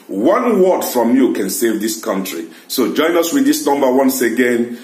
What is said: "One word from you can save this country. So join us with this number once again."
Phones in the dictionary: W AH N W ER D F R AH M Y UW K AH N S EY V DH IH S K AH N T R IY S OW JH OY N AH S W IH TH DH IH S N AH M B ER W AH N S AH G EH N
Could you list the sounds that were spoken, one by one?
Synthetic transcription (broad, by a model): W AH N W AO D F R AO M Y UW K AH N S EY V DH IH S K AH N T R IY S OW JH OY N AH S W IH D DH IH S N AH M B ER W AH N S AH G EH N